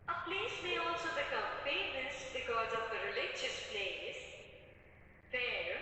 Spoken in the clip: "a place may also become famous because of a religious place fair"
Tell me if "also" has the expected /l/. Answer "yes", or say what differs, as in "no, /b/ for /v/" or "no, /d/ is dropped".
yes